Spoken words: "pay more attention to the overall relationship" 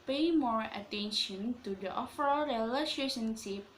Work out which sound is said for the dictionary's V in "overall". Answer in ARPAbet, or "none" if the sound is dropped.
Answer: F